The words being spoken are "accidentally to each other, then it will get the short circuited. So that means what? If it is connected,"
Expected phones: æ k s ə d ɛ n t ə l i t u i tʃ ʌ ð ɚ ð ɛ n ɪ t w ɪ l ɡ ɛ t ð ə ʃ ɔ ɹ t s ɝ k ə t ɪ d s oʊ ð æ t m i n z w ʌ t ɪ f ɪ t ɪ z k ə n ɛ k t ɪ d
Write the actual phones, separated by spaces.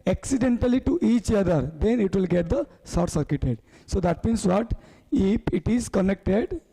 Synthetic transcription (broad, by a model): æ k s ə d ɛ n t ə l i t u i tʃ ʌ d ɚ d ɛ n ɪ t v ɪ l ɡ ɛ t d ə s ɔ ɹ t s ɝ k ə t ɪ d s oʊ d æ t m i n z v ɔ t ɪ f ɪ t ɪ z k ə n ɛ k t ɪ d